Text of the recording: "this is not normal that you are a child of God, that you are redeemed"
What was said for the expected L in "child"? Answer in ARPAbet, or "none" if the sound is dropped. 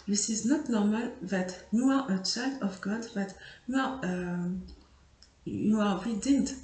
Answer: none